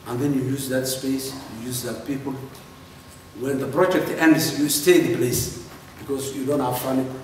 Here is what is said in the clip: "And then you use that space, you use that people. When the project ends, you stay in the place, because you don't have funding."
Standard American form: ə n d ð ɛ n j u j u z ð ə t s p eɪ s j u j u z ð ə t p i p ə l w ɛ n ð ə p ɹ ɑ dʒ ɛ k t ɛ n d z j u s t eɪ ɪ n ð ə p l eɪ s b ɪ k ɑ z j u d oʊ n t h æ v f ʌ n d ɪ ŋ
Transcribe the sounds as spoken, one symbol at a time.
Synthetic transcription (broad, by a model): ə n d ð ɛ n j u j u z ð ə t s p eɪ s j u j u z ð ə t p i p ə l w ɛ n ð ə p ɹ ɑ dʒ ɛ k t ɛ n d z j u s t eɪ ɪ n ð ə p l eɪ s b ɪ k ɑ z j u d oʊ n t h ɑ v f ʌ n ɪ